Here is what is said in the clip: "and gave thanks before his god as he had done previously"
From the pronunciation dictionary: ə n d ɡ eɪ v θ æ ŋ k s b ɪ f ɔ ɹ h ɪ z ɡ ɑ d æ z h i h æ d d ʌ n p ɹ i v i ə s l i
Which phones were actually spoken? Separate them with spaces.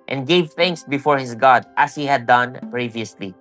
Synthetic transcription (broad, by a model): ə n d ɡ eɪ v θ æ ŋ k s b ɪ f ɔ ɹ h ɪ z ɡ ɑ d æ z h i h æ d d ʌ n p ɹ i v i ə s l i